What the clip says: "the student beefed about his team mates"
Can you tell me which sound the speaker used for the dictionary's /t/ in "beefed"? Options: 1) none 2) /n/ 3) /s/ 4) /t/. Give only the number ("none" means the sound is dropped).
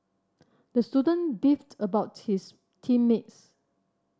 4